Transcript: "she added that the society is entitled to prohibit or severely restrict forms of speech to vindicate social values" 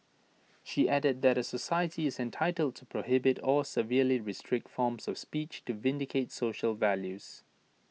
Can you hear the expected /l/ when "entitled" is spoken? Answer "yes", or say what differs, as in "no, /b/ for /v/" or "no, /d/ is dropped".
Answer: yes